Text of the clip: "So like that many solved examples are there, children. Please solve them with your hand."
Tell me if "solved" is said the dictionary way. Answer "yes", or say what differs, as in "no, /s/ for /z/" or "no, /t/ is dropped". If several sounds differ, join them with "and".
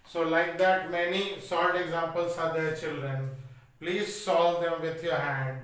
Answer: no, /v/ is dropped